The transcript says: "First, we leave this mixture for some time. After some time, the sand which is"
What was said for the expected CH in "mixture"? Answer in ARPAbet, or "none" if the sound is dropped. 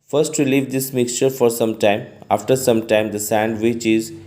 CH